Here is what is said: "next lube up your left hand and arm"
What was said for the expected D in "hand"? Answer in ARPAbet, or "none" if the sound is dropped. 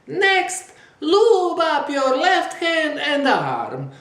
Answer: none